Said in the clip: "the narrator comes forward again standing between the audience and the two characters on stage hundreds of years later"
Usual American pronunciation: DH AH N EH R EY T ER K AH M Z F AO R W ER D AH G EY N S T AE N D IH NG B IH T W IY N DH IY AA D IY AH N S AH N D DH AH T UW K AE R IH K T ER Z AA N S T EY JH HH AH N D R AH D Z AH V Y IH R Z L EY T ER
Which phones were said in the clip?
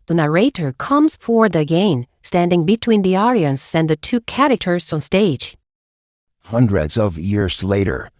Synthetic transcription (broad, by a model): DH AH N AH R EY T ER K AH M Z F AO R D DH AH G EY N S T AE N D IH NG B IH T W IY N DH IY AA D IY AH N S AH N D DH AH T UW K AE R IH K T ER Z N S T EY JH HH AH N D R AH D Z AH V Y IH R Z L EY T ER